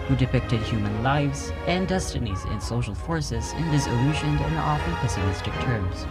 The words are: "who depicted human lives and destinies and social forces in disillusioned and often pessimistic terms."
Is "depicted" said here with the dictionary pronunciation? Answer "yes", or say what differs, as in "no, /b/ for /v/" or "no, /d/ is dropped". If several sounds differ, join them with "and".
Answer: yes